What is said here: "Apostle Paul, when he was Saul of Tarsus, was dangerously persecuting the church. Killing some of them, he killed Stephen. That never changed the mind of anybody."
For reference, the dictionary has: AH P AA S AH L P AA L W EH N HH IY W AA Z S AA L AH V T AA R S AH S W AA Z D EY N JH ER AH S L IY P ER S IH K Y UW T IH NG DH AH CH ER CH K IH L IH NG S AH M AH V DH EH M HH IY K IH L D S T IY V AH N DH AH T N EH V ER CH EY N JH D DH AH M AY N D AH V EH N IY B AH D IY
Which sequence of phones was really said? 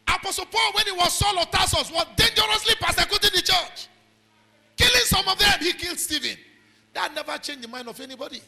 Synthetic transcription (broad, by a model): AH P AA S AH L P AA L W EH N HH IY W AA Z S AA L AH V T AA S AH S W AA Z D EY N JH ER AH S L IY P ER S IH K Y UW T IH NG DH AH CH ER CH K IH L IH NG S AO M AH V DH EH M HH IY K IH L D S T IY V AH N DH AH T N EH V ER CH EY N JH D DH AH M AY N D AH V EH N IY B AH D IY